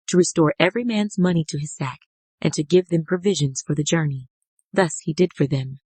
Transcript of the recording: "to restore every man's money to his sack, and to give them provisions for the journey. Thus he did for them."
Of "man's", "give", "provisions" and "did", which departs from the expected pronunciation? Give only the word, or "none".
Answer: none